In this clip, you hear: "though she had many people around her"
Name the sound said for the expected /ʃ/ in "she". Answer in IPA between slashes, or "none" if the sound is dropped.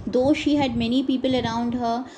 /ʃ/